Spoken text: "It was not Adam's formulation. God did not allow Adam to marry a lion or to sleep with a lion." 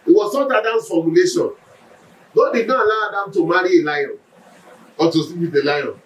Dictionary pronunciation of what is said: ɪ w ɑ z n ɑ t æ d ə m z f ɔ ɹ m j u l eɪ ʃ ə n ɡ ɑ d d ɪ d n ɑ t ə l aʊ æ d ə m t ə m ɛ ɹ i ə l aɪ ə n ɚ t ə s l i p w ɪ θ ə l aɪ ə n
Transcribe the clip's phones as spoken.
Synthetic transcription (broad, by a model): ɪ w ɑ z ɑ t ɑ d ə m f ɔ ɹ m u l eɪ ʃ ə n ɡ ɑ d d ɪ d n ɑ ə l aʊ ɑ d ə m t ə m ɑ ɹ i ə l aɪ ə n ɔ t ə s i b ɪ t ə l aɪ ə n